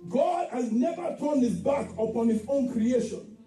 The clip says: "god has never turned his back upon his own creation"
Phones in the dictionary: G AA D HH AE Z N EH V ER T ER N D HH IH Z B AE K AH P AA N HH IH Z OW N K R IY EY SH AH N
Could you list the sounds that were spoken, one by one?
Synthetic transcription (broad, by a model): G AA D HH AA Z N EH V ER T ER N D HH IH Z B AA K AH P AA N HH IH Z OW N K R IY EY SH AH N